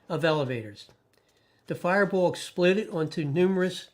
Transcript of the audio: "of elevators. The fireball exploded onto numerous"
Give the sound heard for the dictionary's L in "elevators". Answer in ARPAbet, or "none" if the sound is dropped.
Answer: L